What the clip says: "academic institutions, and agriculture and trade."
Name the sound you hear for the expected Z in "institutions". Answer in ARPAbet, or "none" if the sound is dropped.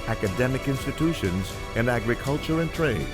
Z